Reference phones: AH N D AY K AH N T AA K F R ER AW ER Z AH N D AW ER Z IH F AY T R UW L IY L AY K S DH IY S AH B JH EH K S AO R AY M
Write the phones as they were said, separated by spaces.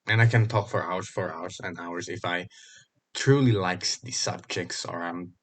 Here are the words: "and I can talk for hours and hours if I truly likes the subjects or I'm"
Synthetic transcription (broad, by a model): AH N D AY K AH N T AA K F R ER AW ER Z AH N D AW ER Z IH F AY T R UW L IY L AY K S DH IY S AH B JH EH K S AO R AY M